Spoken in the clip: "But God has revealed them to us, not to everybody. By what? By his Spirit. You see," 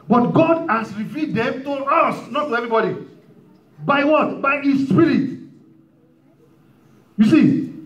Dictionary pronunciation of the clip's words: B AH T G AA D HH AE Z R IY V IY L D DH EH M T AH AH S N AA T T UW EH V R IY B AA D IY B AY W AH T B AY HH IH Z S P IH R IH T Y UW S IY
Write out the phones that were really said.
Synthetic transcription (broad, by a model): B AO T G AA D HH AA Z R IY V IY D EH M T AH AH S N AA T T UW EH V R IY B AA D IY B AY W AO T B AY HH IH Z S P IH R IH T Y UW S IY